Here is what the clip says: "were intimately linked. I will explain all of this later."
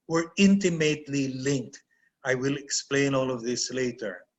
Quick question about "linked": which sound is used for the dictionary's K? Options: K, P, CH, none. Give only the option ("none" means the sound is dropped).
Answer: K